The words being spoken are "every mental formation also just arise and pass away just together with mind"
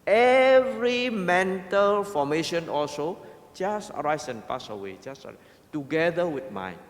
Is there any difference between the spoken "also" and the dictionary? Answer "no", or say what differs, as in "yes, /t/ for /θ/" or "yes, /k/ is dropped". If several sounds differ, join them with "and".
no